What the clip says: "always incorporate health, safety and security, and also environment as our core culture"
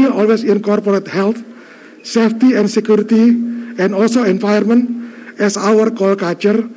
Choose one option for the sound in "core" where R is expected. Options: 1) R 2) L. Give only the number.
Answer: 2